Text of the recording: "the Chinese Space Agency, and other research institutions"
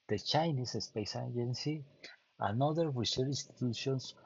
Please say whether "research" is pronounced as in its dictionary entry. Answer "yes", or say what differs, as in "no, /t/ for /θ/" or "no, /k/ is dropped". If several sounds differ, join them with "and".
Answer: no, /tʃ/ is dropped